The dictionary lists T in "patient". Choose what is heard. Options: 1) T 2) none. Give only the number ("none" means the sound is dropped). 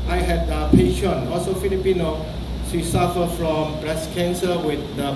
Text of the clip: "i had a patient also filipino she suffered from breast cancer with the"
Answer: 2